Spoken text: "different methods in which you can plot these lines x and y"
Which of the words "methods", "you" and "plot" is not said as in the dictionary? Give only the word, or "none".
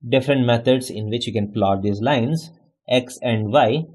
methods